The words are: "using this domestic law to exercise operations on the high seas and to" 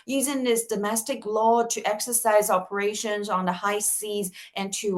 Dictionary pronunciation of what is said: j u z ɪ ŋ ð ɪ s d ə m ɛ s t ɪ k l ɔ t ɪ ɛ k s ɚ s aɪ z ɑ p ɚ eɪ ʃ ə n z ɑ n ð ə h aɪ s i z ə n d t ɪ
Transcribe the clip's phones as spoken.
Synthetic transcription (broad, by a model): j u z ɪ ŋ ð ɪ s d ə m ɛ s t ɪ k l ɔ t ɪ ɛ k s ɚ s aɪ z ɑ p ɚ eɪ ʃ ə n z n ð ə h aɪ s i z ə n t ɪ